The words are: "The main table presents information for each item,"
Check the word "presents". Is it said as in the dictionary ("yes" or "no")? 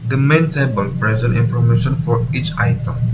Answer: no